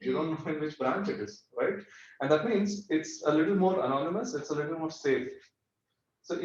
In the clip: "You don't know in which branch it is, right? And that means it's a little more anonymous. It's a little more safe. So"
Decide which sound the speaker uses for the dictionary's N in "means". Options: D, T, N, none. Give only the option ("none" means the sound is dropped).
N